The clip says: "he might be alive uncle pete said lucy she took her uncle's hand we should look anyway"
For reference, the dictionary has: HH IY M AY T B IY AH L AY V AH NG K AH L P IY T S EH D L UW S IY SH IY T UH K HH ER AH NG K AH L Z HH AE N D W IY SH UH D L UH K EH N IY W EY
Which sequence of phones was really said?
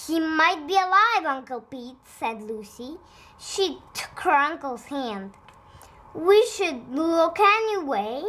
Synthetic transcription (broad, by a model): HH IY M AY T B IY AH L AY V AH NG K AH L P IY T S EH D L UW S IY SH IY T UH K HH ER AH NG K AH L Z HH AE N D W IY SH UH D L UH K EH N IY W EY